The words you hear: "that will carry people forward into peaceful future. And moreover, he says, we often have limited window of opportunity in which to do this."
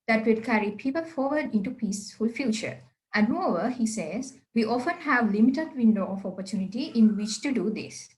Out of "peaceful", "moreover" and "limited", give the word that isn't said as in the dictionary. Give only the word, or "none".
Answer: moreover